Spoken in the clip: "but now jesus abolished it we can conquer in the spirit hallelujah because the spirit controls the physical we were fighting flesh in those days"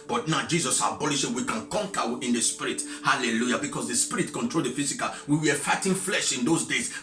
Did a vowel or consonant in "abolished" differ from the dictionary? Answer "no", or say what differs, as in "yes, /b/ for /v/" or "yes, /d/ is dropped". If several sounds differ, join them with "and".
yes, /t/ is dropped